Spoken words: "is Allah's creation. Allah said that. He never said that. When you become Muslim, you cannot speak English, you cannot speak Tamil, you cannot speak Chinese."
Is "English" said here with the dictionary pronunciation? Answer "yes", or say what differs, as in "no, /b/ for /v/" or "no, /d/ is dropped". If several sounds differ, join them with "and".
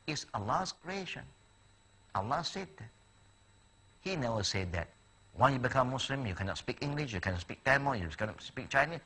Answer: yes